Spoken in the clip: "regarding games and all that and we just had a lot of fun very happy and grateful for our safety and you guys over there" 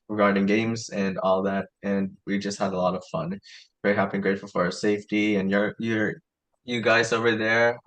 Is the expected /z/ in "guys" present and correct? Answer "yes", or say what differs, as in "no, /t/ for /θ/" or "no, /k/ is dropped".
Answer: yes